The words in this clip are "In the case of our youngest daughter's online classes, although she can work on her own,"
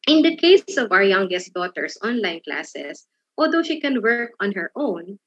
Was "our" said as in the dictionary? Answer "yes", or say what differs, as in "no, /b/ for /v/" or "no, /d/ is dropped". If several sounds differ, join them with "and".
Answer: yes